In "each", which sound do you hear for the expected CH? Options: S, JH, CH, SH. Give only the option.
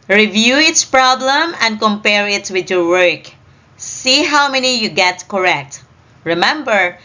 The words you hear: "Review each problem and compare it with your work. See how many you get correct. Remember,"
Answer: S